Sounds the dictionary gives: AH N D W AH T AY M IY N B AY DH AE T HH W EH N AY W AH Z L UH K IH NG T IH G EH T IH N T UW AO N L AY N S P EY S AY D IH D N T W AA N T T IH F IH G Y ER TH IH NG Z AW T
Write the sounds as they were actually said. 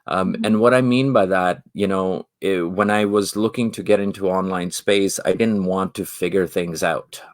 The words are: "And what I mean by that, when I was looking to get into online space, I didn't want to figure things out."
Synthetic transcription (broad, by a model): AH N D W AH T AY M IY N B AY DH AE T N W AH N AY W AH Z L UH K IH NG T IH G EH T IH N T UW AO N L AY N S P EY S AY D IH D N T W AA N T T IH F IH G Y ER TH IH NG Z AW T